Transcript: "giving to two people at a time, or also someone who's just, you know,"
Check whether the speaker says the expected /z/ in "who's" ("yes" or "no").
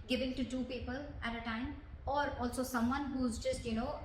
yes